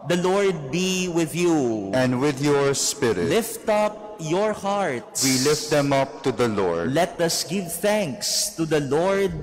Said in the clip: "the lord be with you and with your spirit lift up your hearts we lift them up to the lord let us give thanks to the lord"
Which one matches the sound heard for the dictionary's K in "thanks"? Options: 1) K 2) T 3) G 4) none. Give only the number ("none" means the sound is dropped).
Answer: 1